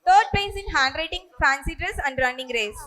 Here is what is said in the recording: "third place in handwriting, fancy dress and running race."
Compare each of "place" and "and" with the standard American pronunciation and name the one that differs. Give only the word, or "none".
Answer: place